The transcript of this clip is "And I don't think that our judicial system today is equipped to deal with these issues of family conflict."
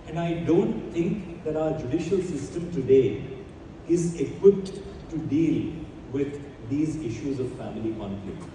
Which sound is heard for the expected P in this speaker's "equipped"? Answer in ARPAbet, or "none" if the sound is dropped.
P